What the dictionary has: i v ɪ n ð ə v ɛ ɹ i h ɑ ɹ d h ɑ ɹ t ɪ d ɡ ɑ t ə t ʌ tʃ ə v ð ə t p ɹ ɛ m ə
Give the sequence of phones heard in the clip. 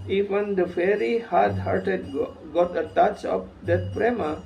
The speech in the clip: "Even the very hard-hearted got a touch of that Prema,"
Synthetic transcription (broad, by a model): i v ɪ n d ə f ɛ ɹ i h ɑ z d h ɑ ɹ t ɪ d ɡ ɑ t ə t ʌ tʃ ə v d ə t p ɹ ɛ m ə